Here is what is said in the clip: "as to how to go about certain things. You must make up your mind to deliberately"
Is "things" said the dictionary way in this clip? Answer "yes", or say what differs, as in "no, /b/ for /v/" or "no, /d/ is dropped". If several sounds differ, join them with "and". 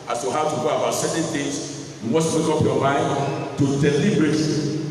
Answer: no, /t/ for /θ/